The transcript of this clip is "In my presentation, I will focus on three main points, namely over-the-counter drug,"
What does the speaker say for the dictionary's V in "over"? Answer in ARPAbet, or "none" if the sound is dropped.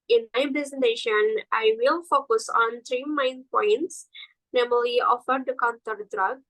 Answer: F